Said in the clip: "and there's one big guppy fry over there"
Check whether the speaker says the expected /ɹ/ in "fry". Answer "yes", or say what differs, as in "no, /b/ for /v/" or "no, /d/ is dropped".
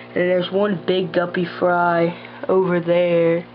yes